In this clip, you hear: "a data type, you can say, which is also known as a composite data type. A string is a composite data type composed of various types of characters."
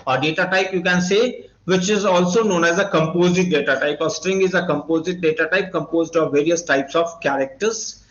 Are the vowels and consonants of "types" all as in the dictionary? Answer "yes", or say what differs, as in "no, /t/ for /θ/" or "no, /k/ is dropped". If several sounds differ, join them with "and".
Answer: yes